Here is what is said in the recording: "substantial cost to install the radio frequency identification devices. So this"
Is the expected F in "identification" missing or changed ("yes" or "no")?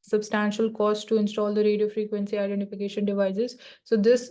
no